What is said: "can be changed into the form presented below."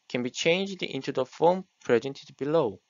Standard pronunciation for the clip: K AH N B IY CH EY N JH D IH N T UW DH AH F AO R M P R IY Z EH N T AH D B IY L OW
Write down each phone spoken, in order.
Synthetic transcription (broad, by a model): K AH N B IY CH EY N JH D IH N T UW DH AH F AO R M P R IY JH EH N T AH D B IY L OW